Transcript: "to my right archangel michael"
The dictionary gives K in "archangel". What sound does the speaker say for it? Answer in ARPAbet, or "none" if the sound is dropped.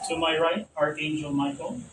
none